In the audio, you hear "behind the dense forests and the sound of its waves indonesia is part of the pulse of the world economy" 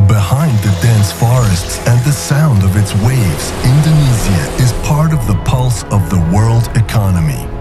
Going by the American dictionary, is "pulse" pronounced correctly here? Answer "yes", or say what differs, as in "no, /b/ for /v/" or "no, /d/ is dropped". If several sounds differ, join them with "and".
yes